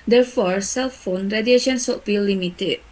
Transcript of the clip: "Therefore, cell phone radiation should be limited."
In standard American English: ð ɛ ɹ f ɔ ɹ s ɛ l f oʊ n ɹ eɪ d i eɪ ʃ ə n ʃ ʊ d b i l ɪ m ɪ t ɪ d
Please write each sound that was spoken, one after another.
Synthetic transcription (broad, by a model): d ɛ ɹ f ɔ ɹ s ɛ l f oʊ n ɹ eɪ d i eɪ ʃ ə n s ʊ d b i l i m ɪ t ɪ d